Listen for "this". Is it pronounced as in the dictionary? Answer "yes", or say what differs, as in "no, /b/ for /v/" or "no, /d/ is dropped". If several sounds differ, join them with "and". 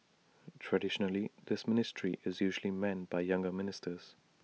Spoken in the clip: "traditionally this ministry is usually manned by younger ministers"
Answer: yes